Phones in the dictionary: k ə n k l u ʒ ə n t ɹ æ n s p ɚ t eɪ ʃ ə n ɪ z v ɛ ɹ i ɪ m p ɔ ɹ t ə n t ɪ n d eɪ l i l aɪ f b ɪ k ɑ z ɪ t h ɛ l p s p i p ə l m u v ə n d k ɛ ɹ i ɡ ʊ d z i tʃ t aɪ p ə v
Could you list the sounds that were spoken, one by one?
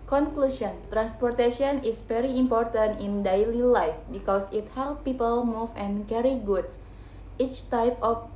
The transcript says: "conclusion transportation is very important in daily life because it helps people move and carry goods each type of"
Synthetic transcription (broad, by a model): k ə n k l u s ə n t ɹ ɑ n s p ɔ t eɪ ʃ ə n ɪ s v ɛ ɹ i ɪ m p ɔ ɹ t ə n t ɪ n d eɪ l i l aɪ f b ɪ k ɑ s ɪ t h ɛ l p p i p ə l m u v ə n k ɛ ɹ i ɡ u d s i tʃ t aɪ p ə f